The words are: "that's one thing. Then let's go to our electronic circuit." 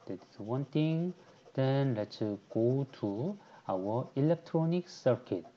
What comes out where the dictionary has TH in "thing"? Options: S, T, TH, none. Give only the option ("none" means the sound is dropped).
T